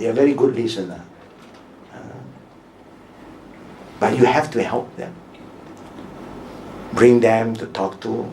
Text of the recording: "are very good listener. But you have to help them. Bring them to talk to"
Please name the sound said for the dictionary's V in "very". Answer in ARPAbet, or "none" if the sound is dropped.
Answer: V